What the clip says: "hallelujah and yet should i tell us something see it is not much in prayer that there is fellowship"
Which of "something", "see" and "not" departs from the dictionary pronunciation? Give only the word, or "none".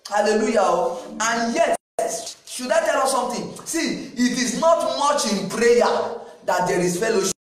something